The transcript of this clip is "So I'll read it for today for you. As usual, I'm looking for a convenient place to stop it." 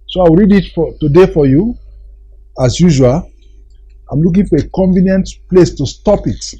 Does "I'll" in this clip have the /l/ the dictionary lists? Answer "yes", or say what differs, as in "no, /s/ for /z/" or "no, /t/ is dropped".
no, /w/ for /l/